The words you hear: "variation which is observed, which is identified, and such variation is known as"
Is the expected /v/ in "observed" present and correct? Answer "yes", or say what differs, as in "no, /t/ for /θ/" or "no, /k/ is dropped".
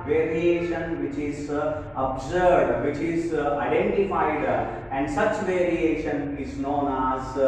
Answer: no, /v/ is dropped